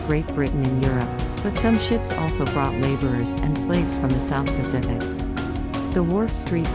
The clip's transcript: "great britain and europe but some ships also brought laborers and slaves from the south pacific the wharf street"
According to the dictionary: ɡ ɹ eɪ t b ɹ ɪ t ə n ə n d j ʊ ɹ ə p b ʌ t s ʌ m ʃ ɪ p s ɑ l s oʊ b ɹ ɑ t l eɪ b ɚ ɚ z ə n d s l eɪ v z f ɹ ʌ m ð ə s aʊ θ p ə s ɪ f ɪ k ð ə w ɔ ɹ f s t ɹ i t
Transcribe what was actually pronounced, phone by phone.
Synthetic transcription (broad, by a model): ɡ ɹ eɪ t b ɹ ɪ t n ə n j ʊ ɹ ə p b ʌ t s ʌ m ʃ ɪ p s ɑ l s oʊ b ɹ ɑ t l eɪ b ɚ ɚ z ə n s l eɪ v z f ɹ ʌ m ð ə s aʊ θ p ə s ɪ f ɪ k ð ə w ɔ ɹ f s t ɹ i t